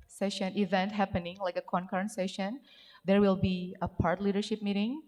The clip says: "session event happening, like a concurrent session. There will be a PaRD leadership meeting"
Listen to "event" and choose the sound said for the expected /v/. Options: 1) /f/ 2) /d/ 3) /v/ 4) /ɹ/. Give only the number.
3